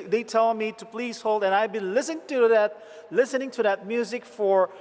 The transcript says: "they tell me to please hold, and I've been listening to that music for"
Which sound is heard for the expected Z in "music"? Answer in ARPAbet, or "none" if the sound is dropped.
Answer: Z